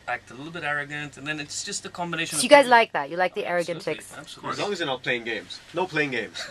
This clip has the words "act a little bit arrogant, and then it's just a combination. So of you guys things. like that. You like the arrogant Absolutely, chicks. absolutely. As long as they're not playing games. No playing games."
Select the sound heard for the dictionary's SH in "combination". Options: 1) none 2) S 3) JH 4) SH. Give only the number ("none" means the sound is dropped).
1